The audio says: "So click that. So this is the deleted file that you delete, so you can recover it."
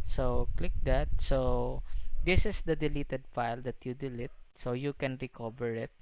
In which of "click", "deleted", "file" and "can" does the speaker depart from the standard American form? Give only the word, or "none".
none